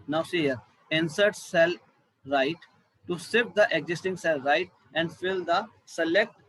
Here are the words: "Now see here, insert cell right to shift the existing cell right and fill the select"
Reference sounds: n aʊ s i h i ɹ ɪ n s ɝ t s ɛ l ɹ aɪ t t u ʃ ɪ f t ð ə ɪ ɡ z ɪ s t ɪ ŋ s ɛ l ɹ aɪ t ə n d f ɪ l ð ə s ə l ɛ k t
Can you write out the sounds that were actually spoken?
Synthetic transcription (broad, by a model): n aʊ s i h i ɹ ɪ n s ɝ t s ɛ l ɹ aɪ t t u s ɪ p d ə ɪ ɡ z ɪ s t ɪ ŋ s ɛ l ɹ aɪ t ə n d f ɪ l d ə s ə l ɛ k t